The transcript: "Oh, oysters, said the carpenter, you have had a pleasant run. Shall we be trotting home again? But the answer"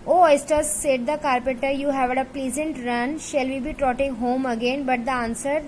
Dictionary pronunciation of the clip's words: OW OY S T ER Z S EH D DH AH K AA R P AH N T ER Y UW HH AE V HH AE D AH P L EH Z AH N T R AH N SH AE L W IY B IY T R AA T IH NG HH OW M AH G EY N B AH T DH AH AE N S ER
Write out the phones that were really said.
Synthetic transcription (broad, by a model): OW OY S T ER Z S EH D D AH K AA R P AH T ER Y UW HH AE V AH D AH P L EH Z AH N T R AH N SH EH L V IY B IY T R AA T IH NG HH OW M AH G EY N B AH T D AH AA N S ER